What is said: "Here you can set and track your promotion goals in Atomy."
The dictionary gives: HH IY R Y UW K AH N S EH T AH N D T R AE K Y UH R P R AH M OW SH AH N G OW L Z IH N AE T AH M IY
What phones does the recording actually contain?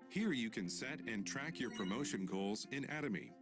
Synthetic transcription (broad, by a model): HH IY R Y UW K AH N S EH T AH N T R AE K Y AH R P R AH M OW SH AH N G OW L Z IH N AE T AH M IY